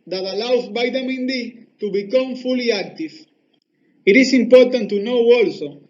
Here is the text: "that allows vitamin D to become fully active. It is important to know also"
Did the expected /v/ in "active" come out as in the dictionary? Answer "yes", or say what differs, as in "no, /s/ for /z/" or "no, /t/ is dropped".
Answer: no, /f/ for /v/